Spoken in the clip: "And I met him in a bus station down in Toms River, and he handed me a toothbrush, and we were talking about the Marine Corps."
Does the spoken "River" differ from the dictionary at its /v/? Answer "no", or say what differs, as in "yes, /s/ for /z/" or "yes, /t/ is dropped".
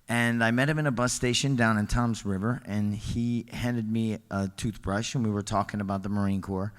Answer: no